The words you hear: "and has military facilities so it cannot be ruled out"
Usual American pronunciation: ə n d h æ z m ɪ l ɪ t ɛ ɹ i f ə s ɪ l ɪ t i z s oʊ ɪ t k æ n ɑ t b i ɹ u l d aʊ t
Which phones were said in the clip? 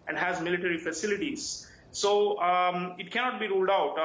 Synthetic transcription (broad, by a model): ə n d h æ z m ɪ l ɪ t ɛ ɹ i f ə s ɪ l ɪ t i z s oʊ ɪ t k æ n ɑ t b i ɹ u l d aʊ t